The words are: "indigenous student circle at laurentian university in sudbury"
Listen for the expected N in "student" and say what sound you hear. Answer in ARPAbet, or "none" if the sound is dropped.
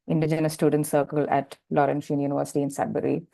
N